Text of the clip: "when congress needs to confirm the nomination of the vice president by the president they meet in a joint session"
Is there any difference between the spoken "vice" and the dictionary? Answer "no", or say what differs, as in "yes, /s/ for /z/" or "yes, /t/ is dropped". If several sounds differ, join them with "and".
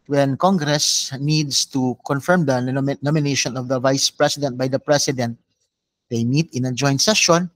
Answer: no